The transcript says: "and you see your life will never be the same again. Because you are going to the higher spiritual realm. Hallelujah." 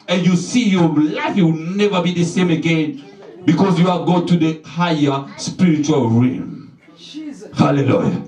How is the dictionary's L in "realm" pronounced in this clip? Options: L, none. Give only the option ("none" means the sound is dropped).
none